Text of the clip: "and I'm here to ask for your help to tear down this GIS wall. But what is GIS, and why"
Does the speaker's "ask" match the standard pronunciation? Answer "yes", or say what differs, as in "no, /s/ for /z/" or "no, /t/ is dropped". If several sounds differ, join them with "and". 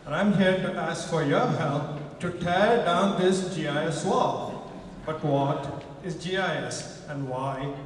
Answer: yes